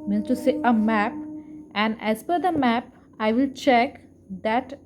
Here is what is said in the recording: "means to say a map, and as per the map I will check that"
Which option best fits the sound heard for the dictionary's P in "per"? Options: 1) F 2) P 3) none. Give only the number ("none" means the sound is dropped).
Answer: 1